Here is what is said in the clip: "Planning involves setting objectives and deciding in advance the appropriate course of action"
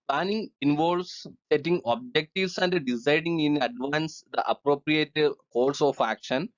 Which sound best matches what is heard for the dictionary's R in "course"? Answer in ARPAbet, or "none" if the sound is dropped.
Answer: L